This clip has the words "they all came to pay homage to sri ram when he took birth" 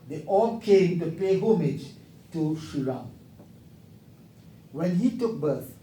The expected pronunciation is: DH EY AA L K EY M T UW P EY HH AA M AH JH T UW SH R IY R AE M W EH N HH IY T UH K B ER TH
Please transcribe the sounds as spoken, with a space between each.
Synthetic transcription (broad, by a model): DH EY AA L K EY M T UW P EY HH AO M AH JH T UW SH IY R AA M W EH N HH IY T UH K B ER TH